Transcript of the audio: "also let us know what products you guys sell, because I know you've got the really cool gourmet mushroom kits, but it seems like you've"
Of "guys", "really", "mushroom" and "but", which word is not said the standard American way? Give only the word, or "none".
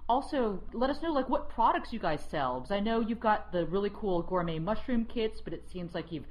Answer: none